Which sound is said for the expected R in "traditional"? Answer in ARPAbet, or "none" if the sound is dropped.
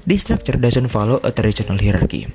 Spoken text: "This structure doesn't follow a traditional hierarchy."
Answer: none